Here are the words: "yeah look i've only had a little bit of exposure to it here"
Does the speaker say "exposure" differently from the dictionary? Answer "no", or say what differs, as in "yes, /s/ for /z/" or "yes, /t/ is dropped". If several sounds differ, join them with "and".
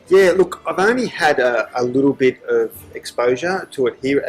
no